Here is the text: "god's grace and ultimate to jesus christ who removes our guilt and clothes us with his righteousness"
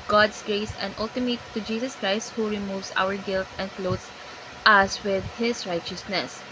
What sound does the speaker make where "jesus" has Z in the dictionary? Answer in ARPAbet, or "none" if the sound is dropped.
S